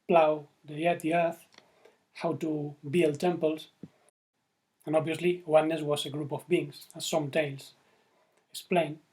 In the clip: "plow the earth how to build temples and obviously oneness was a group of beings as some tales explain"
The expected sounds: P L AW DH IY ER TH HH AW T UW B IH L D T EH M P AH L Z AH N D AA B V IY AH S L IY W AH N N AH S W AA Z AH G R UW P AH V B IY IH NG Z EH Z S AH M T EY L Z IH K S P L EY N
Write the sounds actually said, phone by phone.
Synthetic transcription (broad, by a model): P L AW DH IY ER TH HH AW T UW B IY L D T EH M P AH L S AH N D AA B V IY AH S L IY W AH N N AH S W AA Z AH G R UW P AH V B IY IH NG S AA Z S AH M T EY L S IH K S P L EY N